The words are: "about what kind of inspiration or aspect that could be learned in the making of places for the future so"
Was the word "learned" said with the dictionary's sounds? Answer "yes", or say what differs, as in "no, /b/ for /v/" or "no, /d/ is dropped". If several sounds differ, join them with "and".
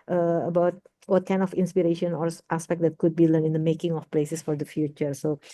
no, /d/ is dropped